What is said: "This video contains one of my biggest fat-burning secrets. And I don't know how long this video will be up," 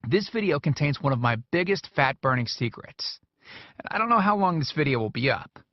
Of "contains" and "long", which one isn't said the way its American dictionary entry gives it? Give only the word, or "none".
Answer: none